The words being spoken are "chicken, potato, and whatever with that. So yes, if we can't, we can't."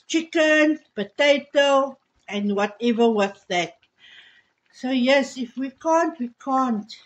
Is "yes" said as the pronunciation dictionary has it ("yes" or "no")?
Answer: yes